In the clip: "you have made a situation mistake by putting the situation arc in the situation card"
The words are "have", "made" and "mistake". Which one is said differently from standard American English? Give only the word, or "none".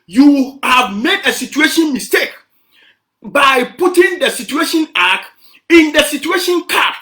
none